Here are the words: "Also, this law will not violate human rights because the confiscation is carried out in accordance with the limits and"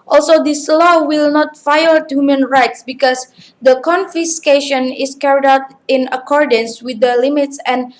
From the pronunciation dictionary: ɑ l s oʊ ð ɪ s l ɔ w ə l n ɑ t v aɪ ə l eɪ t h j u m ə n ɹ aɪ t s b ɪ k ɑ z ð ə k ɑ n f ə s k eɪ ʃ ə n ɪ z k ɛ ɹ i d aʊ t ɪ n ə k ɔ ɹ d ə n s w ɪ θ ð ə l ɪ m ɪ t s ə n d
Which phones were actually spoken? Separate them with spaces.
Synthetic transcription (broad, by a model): ɑ l s oʊ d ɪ s l ɔ w ə l n ɑ t f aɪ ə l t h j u m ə n ɹ aɪ t s b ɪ k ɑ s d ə k ɑ n f ə s k eɪ ʃ ə n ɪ s k ɛ ɹ i d aʊ t ɪ n ə k ɔ ɹ d ə n s w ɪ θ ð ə l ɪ m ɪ t s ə n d